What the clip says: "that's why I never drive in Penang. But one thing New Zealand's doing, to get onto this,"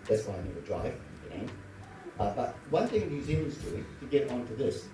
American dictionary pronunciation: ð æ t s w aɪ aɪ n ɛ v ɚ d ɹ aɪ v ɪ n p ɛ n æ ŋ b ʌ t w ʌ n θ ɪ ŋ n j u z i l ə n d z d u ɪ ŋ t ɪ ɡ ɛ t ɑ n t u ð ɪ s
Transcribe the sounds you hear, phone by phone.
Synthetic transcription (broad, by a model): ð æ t s w aɪ aɪ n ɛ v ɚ d ɹ aɪ v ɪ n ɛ æ b ʌ t w ʌ n θ ɪ ŋ n j u z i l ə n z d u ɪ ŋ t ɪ ɡ ɛ t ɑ n t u ð ɪ s